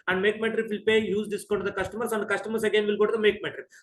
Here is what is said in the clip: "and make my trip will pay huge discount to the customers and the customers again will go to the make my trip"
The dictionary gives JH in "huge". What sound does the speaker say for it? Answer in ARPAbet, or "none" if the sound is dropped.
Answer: Z